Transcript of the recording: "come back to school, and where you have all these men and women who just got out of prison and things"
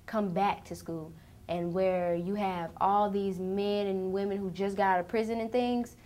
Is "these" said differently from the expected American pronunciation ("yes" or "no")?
no